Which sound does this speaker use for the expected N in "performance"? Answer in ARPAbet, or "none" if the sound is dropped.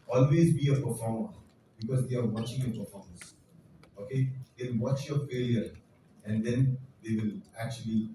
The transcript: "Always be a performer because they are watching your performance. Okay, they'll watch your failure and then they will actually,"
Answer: none